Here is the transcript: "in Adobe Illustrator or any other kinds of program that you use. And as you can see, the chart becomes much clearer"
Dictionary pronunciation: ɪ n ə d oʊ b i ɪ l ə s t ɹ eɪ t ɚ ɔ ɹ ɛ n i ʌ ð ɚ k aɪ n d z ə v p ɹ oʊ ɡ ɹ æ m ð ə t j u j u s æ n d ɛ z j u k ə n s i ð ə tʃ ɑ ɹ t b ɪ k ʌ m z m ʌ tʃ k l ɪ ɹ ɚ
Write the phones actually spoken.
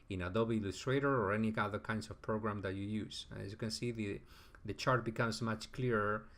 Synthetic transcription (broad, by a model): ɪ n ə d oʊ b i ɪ l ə s t ɹ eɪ t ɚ ɔ ɹ ɛ n i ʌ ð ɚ k aɪ n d s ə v p ɹ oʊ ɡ ɹ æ m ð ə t j u j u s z j u k ə n s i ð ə tʃ ɑ ɹ t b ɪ k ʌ m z m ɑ tʃ k l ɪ ɹ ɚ